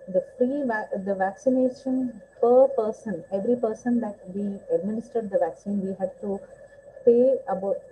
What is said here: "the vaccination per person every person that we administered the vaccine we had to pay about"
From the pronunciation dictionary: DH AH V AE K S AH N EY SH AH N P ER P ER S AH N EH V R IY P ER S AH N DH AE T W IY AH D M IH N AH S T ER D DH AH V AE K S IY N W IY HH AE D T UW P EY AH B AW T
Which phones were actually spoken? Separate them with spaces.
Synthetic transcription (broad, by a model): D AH V AE K S AH N EY SH AH N P ER P ER S AH N EH V R IY P ER S AH N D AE T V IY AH D M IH N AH S T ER D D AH V AE K S IY N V IY HH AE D T UW P EY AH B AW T